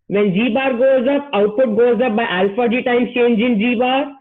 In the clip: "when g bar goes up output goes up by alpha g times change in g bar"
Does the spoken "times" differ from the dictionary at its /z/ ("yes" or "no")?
yes